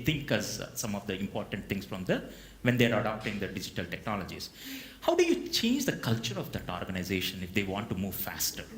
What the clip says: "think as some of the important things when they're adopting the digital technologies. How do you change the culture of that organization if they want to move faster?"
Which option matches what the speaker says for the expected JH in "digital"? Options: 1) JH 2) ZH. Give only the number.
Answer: 1